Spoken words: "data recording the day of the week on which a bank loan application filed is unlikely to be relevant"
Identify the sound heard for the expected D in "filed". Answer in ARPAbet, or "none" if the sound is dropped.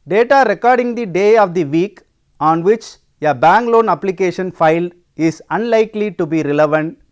none